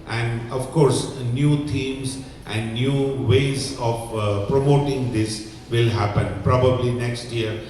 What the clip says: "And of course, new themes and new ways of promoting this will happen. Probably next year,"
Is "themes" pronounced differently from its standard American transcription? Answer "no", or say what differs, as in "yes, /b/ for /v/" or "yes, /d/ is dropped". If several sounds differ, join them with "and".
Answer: yes, /t/ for /θ/